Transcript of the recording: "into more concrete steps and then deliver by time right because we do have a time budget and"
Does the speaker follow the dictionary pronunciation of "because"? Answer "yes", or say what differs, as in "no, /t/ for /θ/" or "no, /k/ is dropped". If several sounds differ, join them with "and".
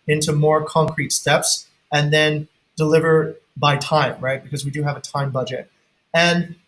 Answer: yes